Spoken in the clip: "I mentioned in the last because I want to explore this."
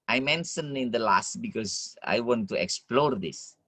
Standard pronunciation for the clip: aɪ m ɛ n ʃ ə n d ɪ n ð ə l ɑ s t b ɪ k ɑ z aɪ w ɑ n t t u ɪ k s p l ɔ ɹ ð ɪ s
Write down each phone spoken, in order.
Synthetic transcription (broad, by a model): aɪ m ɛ n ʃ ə n ɪ n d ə l ɑ s t b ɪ k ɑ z aɪ w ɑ n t t u ɪ k s p l ɔ ɹ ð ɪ s